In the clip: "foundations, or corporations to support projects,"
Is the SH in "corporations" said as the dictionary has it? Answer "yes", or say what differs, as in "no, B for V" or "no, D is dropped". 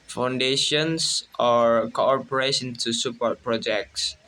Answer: no, S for SH